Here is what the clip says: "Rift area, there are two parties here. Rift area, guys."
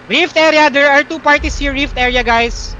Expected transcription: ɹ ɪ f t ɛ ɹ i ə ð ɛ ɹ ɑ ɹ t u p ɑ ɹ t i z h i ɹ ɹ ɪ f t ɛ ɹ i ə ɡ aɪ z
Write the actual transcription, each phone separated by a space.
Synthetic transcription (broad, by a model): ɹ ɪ f t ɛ ɹ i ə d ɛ ɹ ɑ ɹ t u p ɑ ɹ t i s h i ɹ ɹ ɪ f t ɛ ɹ i ə ɡ aɪ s